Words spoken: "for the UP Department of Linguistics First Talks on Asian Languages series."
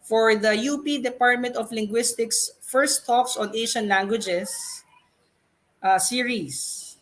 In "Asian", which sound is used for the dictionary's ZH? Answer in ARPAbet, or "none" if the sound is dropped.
SH